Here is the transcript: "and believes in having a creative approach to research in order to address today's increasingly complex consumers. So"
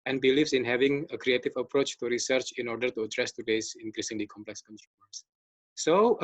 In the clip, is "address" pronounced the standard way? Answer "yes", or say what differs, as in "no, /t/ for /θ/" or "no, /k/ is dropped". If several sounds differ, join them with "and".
yes